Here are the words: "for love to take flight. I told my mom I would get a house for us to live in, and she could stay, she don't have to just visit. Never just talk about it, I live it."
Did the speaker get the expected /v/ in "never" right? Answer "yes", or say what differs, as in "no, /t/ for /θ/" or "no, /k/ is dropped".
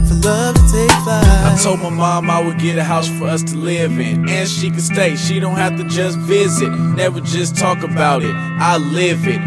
no, /w/ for /v/